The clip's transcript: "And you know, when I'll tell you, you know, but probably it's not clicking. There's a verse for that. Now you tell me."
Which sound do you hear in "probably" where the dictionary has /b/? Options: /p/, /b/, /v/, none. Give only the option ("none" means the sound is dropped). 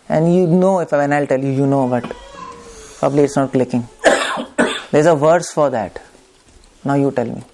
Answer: /b/